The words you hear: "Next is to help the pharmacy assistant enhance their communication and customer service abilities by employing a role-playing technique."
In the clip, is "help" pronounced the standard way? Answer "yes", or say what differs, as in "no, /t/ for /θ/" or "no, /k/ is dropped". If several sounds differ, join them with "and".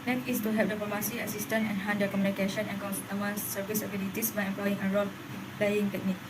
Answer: no, /l/ is dropped